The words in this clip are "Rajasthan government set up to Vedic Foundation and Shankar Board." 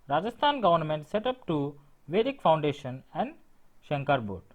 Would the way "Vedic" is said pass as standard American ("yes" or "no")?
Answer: yes